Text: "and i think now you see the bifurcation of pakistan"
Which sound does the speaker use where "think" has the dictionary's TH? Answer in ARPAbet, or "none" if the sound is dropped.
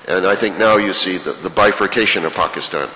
TH